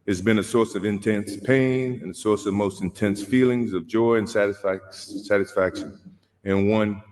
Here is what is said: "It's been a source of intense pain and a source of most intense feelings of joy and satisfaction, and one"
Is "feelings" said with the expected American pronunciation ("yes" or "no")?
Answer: yes